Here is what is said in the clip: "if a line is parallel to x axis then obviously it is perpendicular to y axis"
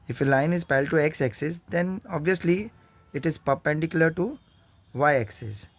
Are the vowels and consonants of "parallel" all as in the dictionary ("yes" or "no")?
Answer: no